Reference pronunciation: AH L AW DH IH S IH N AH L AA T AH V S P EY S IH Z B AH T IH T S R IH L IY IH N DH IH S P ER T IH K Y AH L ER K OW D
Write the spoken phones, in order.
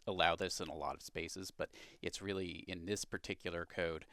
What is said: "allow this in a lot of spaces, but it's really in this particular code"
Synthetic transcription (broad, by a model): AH L AW DH IH S IH N AH L AA T AH V S P EY S IH Z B AH T IH T S R IH L IY IH N DH IH S P ER T IH K Y L ER K OW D